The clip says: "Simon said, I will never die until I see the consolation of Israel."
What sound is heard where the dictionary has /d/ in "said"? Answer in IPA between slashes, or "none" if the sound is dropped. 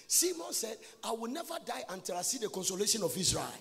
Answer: /d/